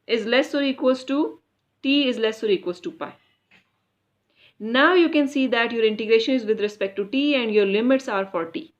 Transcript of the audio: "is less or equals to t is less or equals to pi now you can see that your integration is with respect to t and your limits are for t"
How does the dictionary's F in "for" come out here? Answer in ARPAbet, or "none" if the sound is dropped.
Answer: F